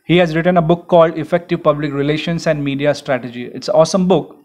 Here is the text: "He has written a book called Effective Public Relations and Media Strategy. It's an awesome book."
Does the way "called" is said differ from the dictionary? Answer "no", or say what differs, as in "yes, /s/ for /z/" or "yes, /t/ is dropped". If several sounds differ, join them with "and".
no